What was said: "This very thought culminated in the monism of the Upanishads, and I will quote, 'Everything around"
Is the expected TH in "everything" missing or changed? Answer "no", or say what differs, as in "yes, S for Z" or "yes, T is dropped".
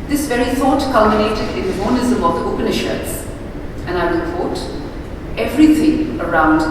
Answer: yes, T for TH